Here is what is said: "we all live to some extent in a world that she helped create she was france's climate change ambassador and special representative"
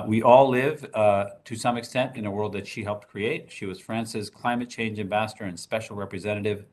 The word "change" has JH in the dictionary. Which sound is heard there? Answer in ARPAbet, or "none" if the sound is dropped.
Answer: JH